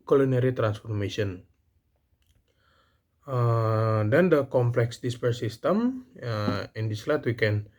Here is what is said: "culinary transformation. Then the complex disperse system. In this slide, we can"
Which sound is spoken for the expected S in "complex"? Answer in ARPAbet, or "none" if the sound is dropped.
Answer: S